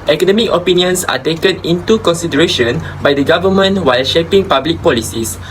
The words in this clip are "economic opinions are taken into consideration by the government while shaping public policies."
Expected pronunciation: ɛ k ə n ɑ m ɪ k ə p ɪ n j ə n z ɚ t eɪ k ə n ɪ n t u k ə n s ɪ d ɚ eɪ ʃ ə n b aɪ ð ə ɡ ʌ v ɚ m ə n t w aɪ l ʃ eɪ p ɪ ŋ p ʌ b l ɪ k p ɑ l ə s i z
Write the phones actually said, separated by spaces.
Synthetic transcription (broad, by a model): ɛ k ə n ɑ m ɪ k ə p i n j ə n s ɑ t eɪ k ə n ɪ n t u k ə n s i d ɚ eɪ ʃ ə n b aɪ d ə ɡ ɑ v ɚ m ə n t w aɪ l ʃ eɪ p ɪ ŋ p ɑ b l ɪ k p ɑ l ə s i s